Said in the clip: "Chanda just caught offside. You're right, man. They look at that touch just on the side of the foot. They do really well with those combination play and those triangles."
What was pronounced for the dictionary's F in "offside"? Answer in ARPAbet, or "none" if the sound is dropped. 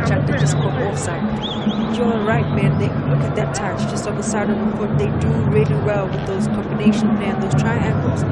none